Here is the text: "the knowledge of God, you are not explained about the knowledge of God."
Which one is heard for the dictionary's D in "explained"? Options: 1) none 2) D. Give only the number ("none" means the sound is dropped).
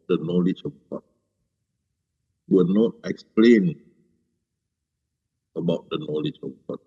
1